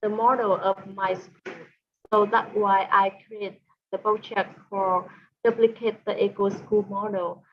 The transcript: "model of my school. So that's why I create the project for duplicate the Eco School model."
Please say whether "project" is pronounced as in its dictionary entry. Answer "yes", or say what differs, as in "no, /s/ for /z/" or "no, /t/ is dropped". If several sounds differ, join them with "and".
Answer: no, /tʃ/ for /dʒ/